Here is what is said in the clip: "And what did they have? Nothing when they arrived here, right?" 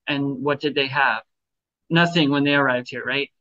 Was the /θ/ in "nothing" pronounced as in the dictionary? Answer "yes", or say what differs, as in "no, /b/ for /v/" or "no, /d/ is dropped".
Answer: yes